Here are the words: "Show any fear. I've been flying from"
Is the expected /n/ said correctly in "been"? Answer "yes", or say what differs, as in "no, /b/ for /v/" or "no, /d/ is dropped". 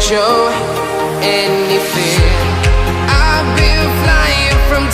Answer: no, /l/ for /n/